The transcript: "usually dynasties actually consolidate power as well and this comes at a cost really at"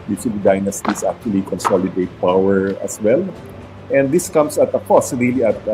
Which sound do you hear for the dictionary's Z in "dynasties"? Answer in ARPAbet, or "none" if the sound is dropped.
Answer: S